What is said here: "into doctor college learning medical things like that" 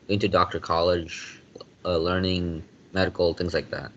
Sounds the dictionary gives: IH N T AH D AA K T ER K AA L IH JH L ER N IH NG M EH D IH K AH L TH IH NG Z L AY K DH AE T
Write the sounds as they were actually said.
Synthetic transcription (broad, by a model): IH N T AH D AA K T ER K AA L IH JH L ER N IH NG M EH D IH K L TH IH NG Z L AY K DH AE T